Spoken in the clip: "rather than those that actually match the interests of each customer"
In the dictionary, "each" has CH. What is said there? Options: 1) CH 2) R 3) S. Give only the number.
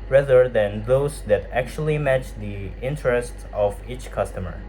1